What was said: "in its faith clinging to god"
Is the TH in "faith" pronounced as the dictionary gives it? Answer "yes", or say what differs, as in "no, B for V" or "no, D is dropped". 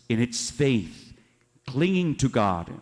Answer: yes